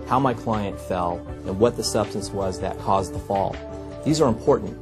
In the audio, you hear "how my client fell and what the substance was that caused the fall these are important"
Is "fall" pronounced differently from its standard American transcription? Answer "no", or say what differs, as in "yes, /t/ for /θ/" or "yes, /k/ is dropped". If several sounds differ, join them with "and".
no